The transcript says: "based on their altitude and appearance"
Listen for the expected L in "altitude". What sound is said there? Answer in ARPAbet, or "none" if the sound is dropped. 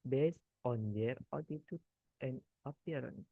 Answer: none